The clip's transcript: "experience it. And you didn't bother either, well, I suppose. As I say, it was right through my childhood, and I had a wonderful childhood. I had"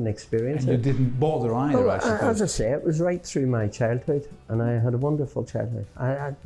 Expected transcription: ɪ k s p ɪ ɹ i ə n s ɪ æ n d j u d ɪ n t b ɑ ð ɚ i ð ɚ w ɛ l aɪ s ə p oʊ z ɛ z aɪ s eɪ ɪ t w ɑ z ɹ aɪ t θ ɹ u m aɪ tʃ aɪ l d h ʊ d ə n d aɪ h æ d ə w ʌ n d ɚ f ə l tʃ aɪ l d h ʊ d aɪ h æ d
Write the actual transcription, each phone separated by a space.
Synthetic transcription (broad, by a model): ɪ k s p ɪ ɹ i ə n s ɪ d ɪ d n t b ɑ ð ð ɚ aɪ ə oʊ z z aɪ s eɪ ɪ t w ɑ z ɹ aɪ t θ ɹ u m aɪ tʃ aɪ l d h ʊ d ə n aɪ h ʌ d ə w ʌ n d ɚ f ə l tʃ aɪ l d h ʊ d aɪ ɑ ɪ